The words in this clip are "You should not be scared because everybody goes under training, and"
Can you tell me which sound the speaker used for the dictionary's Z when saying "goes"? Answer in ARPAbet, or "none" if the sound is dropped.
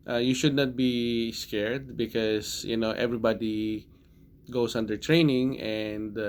S